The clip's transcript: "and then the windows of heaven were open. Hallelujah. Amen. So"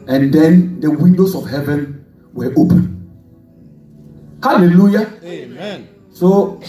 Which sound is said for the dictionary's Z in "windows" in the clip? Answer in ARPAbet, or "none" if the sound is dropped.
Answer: S